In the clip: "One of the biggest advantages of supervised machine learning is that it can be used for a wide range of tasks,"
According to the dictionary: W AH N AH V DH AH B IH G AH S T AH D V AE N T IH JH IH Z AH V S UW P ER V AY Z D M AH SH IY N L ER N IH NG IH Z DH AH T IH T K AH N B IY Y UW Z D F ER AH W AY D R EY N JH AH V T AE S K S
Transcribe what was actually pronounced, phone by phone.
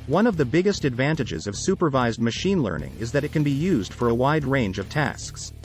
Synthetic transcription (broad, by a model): W AH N AH V DH AH B IH G AH S T AH D V AE N T IH JH IH Z AH V S UW P ER V AY Z D M AH SH IY N L ER N IH NG IH Z DH AH T IH T K AH N B IY Y UW Z D F ER AH W AY D R EY N JH AH V T AE S K S